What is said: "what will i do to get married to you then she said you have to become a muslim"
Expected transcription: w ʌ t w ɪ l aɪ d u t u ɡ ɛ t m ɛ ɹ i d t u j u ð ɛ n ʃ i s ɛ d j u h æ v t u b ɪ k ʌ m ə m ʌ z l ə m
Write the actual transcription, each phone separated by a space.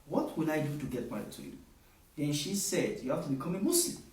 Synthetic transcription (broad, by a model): w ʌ t w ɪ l aɪ d u t u ɡ ɛ t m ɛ i t u j u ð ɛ n ʃ i s ɛ d j u h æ f t u b ɪ k ʌ m ə m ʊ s l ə m